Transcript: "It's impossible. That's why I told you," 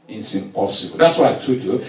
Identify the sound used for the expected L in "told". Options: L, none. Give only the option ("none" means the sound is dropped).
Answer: none